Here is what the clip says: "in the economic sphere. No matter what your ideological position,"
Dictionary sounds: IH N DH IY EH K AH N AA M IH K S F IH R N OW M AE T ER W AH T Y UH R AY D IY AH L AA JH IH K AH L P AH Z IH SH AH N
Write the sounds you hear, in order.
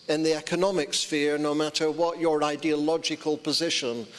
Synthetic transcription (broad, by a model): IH N DH IY EH K AH N AA M IH K S F IH R N OW M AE T ER W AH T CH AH R AY D IY AH L AA JH IH K AH L P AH Z IH SH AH N